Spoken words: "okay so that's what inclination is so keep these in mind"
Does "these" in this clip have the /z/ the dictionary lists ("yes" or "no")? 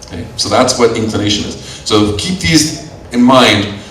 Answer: yes